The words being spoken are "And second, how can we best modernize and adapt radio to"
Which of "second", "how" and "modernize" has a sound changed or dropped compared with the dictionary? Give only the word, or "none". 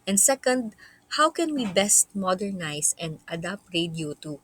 modernize